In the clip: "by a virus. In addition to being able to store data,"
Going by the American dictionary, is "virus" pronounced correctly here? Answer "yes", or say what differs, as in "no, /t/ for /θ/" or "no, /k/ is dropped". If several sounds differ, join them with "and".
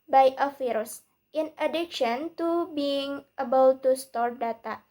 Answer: no, /f/ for /v/